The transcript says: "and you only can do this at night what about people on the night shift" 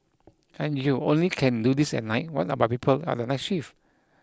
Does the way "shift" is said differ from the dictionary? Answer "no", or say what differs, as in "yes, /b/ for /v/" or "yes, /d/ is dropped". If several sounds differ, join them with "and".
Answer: yes, /t/ is dropped